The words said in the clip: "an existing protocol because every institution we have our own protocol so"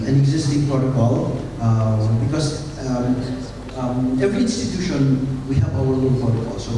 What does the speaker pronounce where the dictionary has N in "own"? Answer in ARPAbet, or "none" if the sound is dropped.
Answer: L